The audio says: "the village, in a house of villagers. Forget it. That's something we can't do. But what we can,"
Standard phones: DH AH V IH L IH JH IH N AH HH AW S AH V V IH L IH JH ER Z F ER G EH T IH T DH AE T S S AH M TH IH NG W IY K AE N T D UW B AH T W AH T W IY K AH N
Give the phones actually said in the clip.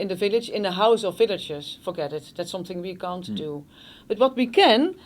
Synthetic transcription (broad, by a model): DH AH V IH L IH JH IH N AH HH AW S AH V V IH L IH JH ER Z F ER G EH T IH T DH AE T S S AH M TH IH NG W IY K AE N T D UW B AH T W AH T W IY K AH N